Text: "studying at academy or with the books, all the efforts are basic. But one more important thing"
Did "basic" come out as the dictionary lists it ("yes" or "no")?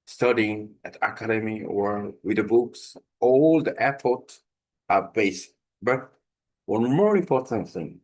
no